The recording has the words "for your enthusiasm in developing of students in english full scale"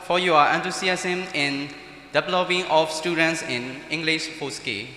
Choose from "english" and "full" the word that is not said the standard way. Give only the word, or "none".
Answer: full